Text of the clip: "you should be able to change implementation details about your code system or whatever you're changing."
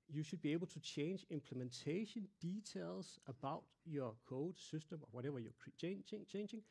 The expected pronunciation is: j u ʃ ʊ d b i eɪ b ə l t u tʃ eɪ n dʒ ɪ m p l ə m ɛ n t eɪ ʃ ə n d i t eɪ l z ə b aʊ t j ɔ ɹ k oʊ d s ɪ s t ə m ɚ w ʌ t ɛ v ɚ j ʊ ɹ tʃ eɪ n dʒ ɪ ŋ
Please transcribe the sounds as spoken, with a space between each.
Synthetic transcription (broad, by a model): j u ʃ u d b i eɪ b ə l s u tʃ eɪ n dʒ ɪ m p l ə m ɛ n s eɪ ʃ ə n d i s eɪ l s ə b aʊ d j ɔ k oʊ d s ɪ s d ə m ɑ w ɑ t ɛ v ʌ j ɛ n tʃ eɪ n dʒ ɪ ŋ